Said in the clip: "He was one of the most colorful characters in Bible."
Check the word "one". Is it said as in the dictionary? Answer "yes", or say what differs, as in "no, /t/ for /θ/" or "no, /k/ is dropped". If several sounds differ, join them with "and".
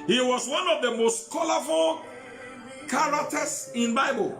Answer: yes